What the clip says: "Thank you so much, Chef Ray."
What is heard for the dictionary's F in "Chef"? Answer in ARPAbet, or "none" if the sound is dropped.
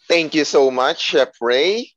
P